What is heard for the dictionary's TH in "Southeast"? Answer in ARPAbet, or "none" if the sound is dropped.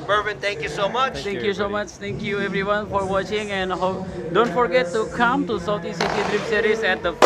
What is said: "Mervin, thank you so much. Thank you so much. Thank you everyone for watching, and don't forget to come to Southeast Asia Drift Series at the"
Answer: T